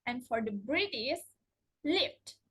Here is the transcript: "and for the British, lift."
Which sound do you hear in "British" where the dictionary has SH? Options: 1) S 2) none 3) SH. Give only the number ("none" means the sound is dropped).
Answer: 1